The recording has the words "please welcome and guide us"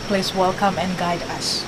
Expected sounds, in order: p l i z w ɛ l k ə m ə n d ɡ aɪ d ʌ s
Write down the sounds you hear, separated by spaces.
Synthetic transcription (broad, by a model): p l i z w ɛ l k ə m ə n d ɡ aɪ d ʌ s